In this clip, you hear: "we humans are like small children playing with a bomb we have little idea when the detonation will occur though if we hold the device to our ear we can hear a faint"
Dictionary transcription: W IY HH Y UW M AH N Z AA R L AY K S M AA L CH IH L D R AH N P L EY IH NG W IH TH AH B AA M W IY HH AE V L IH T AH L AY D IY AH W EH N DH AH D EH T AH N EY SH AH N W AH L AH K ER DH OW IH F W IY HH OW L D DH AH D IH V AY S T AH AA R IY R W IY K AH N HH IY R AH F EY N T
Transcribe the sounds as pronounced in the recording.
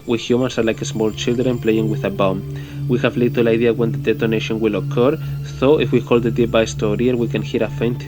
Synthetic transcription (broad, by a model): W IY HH Y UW M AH N S AA R L AY K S M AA L CH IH L D R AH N P L EY IH NG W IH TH AH B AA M W IY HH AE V L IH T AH L AY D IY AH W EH N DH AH D EH T AH N EY SH AH N W AH L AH K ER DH OW IH F W IY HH OW L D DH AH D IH B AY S T AH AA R IY R W IY K AH N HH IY R AH F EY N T